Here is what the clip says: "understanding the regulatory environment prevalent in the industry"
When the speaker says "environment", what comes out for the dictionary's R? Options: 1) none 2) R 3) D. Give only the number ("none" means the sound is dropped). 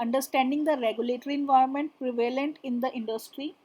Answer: 1